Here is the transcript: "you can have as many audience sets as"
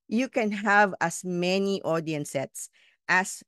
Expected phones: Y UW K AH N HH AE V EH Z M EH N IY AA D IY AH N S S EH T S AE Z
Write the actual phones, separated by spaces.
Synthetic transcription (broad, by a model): Y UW K AH N HH AE V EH S M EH N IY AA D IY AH N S S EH T S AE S